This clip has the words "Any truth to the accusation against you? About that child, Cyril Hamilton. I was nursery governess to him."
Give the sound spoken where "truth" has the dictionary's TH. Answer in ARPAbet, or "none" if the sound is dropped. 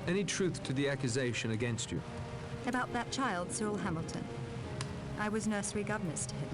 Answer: TH